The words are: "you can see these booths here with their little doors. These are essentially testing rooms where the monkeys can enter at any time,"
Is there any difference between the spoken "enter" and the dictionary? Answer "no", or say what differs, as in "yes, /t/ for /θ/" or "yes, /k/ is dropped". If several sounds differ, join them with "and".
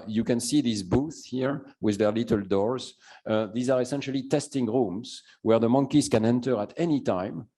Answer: no